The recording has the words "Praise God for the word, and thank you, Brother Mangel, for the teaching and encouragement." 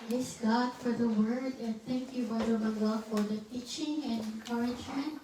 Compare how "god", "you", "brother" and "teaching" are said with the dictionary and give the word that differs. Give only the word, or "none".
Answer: brother